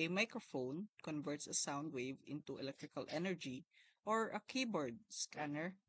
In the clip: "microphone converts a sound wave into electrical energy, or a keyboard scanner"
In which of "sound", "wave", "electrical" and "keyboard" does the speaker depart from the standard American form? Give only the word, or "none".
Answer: none